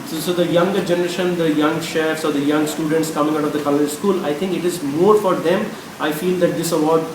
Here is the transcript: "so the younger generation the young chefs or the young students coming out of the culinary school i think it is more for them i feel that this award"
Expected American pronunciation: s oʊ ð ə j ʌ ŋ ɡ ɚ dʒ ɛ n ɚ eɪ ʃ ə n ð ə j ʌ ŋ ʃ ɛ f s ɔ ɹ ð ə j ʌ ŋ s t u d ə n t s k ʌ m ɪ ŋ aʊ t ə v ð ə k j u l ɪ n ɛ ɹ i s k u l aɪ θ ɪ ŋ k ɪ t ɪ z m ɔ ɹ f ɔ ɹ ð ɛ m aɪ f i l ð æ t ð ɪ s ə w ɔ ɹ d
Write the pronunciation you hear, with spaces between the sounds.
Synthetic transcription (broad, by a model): s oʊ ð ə j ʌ ŋ ɡ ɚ dʒ ɛ n ɚ eɪ ʃ ə n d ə j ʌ ŋ ʃ ɛ f s ɔ ɹ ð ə j ʌ ŋ s t u d ə n t s k ʌ m ɪ ŋ aʊ t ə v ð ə k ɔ l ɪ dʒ s k u l aɪ t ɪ ŋ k ɪ t ɪ z m ɔ ɹ f ɔ ɹ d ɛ m aɪ f i l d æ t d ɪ s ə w ɔ ɹ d